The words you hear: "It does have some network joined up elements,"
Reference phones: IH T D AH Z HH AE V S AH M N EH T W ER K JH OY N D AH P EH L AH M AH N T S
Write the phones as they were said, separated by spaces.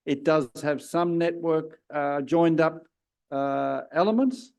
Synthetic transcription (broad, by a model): IH T D AH Z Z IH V S AH M N EH T W ER K JH OY N D AH P EH L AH M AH N T S